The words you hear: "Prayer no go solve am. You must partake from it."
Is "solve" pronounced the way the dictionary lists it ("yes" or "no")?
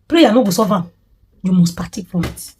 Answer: no